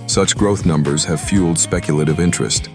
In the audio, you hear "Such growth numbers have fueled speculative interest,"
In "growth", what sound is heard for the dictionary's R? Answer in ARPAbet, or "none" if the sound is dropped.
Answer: R